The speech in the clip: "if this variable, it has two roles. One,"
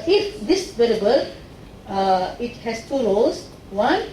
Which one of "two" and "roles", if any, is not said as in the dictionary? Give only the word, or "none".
roles